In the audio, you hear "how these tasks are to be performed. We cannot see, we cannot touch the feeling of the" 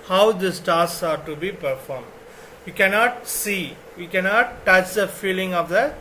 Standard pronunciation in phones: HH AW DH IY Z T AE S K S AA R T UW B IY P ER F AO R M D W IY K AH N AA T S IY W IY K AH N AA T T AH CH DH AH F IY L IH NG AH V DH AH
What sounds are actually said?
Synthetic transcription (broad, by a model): HH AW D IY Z T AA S S AA R T UW B IY P ER F AO R M D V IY K AH N AA T S IY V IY K AH N AA T T AH CH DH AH F IY L IH NG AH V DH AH